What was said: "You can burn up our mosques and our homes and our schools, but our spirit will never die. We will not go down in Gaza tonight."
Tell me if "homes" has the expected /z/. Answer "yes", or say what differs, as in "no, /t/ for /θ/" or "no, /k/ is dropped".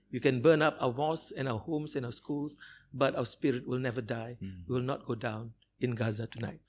no, /s/ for /z/